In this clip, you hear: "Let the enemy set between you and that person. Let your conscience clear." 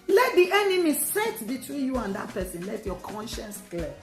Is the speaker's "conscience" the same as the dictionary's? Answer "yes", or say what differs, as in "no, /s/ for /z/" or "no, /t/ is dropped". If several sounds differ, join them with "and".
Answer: yes